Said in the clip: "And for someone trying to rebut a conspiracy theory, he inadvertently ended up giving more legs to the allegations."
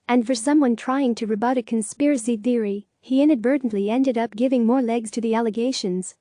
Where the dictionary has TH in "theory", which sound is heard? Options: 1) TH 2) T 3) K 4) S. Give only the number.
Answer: 1